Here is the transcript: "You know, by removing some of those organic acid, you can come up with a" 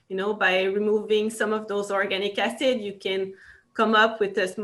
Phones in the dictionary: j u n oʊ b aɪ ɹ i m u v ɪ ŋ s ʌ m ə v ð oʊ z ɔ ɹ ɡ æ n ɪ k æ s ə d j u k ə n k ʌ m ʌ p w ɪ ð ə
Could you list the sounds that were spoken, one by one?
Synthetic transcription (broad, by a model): j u n oʊ b aɪ ɹ i m u v ɪ ŋ s ʌ m ə v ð oʊ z ɔ ɹ ɡ æ n ɪ k æ s ə d j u k ə n k ʌ m ʌ p w ɪ ð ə